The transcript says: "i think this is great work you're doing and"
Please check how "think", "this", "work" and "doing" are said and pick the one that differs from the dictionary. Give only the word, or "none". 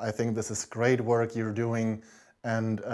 none